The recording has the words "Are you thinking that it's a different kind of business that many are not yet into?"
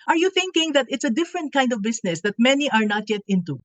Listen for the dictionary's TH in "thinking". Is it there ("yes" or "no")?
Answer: yes